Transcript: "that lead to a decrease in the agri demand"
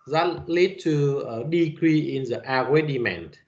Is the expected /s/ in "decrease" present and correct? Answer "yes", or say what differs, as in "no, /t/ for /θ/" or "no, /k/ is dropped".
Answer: no, /s/ is dropped